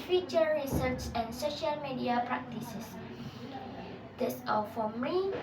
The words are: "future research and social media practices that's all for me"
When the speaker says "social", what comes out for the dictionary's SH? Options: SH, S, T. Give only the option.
SH